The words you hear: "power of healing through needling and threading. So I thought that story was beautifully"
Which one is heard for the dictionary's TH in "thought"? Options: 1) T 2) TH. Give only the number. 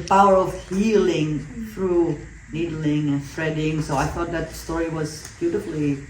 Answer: 2